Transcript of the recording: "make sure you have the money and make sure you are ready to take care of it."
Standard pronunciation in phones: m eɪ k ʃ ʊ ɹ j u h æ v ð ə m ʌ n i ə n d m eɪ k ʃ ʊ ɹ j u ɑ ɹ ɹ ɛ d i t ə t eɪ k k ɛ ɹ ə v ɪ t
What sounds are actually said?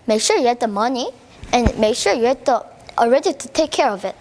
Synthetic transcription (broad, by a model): m eɪ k ʃ ʊ ɹ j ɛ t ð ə m ʌ n i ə n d m eɪ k ʃ ʊ ɹ j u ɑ l ɹ ɛ d i t ə t eɪ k k ɛ ɹ ə v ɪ t